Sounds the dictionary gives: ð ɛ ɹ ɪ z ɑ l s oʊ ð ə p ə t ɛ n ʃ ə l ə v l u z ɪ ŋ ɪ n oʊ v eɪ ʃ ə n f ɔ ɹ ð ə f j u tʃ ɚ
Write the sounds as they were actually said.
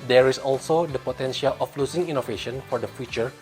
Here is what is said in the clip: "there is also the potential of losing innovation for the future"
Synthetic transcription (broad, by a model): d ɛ ɹ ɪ s ɑ l s oʊ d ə p ə t ɛ n ʃ ə l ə f l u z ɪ ŋ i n oʊ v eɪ ʃ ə n f ɔ ɹ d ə f j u tʃ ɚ